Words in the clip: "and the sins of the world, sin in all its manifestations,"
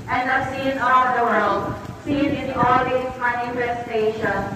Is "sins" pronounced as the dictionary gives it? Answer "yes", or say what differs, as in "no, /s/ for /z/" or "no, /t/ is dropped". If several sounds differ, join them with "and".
no, /z/ is dropped